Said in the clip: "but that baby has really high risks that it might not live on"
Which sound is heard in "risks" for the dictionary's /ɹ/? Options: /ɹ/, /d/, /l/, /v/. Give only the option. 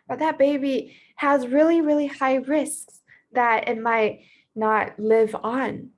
/ɹ/